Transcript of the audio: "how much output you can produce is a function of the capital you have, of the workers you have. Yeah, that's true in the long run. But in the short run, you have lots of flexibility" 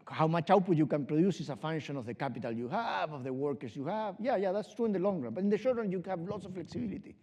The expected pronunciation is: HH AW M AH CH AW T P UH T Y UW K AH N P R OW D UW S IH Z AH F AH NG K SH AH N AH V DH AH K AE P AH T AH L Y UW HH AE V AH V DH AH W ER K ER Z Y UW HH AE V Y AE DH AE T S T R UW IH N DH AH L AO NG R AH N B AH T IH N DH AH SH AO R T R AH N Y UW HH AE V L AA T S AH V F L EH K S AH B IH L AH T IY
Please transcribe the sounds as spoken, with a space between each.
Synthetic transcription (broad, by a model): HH AW M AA CH AW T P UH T Y UW K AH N P R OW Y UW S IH S AH F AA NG SH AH N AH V DH AH K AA P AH T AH L Y UW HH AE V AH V DH AH W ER K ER S Y UW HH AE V Y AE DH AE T S T R UW IH N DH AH L AO NG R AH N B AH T IH N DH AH SH AO R T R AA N Y UW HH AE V L AA T S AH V F L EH K S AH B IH L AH T IY